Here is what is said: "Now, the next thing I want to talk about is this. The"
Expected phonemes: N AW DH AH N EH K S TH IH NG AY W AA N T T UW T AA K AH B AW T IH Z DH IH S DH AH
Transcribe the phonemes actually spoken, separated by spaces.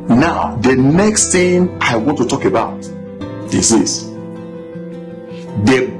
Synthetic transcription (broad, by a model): N AW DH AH N EH K S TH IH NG AY W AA N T T UW T AA K AH B AW T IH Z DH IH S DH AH